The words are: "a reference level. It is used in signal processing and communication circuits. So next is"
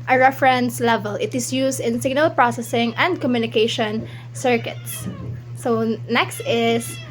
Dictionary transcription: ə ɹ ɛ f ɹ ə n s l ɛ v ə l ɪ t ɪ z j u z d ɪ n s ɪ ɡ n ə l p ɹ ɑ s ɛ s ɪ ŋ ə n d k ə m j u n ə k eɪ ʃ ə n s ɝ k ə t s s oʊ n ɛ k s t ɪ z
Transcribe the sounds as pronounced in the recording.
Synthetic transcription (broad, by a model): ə ɹ ɛ f ɹ ə n s l ɛ v ə l ɪ t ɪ s j u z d ɪ n s ɪ ɡ n ə l p ɹ ɑ s ɛ s ɪ ŋ ə n d k ə m j u n ə k eɪ ʃ ə n s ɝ k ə t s s oʊ n ɛ k s t ɪ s